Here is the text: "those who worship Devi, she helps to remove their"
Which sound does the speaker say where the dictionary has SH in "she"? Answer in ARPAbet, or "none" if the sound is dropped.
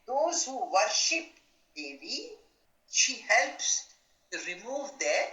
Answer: SH